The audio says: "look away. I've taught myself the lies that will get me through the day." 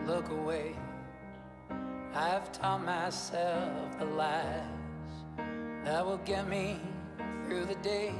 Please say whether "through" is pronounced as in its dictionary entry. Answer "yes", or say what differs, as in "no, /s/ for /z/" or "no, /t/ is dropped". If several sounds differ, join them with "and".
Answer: yes